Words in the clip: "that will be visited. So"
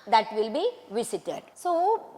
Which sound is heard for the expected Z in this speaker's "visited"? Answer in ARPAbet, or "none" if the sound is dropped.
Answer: S